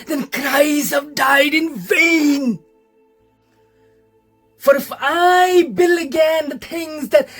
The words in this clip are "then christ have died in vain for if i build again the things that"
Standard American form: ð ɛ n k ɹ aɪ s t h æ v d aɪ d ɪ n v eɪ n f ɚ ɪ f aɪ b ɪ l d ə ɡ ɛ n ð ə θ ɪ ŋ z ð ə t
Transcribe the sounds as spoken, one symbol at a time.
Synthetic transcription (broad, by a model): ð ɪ n k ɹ aɪ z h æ v d aɪ d ɪ n v eɪ n f ɚ ɪ f aɪ b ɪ l ə ɡ ɛ n ð ə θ ɪ ŋ z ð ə t